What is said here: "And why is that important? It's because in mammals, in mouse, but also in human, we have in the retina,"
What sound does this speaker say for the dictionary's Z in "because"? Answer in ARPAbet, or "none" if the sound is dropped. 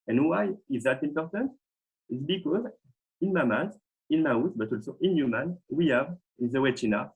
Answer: Z